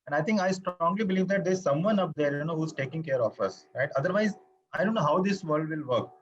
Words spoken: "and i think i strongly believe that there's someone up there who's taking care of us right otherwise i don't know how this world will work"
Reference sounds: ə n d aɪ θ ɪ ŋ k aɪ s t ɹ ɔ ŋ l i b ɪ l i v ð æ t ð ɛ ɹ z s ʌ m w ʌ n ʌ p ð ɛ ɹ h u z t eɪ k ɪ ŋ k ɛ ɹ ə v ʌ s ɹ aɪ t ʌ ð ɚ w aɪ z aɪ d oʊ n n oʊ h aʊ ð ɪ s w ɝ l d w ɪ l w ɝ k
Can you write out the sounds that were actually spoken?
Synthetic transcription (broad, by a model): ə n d aɪ t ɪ ŋ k aɪ s t ɹ ɔ ŋ l i b ɪ l i v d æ t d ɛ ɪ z s ʌ m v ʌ n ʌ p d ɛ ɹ h u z t eɪ k ɪ ŋ k ɛ ɹ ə f ʌ s ɹ aɪ t ʌ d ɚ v aɪ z aɪ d oʊ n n oʊ h aʊ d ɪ s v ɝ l d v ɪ l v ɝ k